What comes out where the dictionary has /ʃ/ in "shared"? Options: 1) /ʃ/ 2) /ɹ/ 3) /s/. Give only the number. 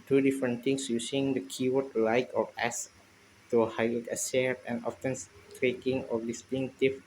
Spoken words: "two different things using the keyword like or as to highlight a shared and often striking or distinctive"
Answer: 3